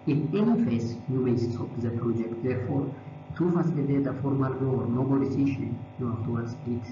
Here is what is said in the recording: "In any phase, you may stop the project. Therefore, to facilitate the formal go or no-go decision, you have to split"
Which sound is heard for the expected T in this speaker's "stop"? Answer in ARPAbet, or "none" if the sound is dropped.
S